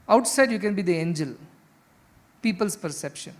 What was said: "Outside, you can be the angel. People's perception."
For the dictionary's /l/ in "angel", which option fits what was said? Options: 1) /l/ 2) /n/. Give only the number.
1